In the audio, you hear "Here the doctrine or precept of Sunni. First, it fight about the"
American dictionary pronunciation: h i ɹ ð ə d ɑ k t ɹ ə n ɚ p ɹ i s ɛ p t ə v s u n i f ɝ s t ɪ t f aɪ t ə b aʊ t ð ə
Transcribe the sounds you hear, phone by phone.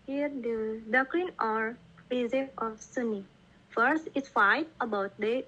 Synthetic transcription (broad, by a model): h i ɹ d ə d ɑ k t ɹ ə n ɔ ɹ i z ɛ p ə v s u n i f ɝ s t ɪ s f aɪ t ə b aʊ t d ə